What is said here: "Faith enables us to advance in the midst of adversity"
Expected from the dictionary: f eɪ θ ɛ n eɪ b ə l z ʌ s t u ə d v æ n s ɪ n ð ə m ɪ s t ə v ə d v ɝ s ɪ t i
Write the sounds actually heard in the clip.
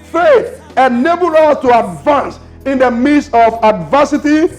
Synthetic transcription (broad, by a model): f eɪ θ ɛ n eɪ b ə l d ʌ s t u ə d v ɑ n s ɪ n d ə m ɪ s ə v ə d v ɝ s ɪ t i